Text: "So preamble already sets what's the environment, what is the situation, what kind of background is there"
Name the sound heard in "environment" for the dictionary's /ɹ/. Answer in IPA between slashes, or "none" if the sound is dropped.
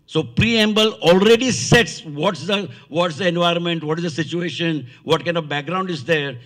/ɹ/